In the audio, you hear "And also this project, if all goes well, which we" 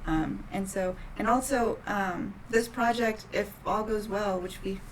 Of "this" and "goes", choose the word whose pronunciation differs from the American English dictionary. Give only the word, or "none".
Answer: none